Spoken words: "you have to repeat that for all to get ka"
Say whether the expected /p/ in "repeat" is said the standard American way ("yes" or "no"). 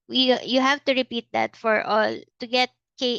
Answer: yes